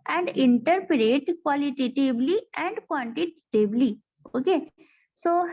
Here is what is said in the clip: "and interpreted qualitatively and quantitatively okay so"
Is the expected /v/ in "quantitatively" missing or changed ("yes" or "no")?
yes